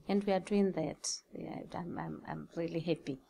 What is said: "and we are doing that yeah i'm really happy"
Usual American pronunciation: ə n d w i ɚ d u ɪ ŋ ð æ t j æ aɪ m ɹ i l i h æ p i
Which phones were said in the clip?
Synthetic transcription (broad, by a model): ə n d w i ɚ d u ɪ ŋ ð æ t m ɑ aɪ m ɹ i l i h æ p i